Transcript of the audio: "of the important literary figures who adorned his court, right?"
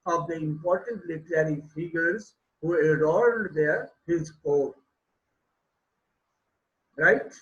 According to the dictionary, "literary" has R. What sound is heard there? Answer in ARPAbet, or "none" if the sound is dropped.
R